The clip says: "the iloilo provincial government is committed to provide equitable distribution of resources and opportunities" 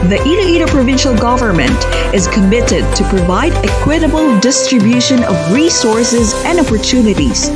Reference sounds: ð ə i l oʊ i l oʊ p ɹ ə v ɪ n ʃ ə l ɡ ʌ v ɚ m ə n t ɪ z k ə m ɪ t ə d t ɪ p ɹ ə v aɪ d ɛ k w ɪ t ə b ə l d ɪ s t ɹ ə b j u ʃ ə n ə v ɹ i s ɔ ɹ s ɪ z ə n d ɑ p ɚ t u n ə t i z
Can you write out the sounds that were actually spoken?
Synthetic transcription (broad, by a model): ð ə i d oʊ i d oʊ p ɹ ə v ɪ n ʃ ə l ɡ ʌ v ɚ m ə n t ɪ z k ə m ɪ t ə d t ɪ p ɹ ə v aɪ d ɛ k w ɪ t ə b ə l d ɪ s t ɹ ə b j u ʃ ə n ə v ɹ i s ɔ ɹ s ɪ z ə n d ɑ p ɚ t u n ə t i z